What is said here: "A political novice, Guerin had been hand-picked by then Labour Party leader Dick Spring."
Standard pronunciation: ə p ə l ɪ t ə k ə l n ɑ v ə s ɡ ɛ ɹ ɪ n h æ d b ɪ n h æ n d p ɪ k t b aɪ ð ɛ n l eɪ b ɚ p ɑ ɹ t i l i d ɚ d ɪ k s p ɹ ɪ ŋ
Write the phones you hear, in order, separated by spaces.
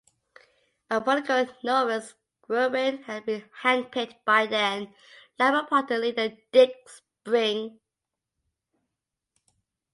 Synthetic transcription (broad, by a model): ə b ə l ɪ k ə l n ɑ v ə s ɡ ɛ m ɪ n h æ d b ɪ n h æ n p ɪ t b aɪ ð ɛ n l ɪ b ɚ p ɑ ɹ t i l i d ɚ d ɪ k s p ɹ ɪ ŋ